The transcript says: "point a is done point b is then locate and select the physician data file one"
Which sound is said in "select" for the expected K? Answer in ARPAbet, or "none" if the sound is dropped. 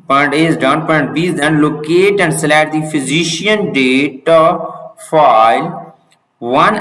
none